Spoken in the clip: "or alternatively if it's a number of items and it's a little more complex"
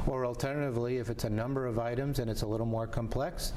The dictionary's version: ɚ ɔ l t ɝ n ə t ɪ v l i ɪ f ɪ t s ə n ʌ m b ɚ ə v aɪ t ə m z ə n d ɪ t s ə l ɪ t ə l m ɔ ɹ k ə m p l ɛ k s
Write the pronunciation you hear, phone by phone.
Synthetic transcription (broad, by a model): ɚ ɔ l t ɝ n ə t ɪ v l i ɪ f ɪ t s ə n ʌ m b ɚ ə v aɪ t ə m z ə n ɪ t s ə l ɪ t l m ɔ ɹ k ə m p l ɛ k s